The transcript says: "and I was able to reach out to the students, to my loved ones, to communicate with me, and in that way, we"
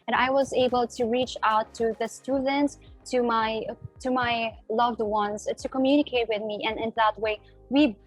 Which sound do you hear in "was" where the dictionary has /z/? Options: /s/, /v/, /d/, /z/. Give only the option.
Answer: /z/